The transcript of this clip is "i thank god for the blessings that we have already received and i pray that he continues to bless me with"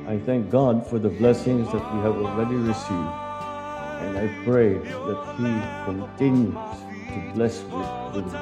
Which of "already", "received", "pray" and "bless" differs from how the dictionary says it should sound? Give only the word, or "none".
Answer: none